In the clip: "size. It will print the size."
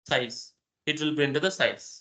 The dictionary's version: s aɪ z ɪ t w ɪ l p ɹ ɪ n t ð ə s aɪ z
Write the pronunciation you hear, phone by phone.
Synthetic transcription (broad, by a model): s aɪ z ɪ t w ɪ l b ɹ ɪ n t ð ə s aɪ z